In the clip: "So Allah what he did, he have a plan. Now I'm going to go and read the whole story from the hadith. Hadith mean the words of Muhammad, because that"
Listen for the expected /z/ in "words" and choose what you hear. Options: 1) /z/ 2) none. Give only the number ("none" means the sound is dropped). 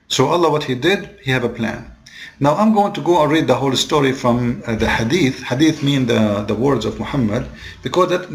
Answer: 1